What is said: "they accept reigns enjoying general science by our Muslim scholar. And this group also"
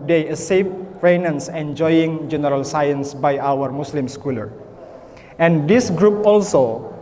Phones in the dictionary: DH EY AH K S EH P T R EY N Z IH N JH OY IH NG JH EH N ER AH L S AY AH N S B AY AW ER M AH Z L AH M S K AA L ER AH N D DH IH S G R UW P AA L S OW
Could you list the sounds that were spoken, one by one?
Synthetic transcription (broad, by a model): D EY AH S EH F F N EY N S IH N JH OY IH NG JH EH N ER AH L S AY AH N S B AY AW ER M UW S L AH M S K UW L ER AH N D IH S G R UW P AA L S OW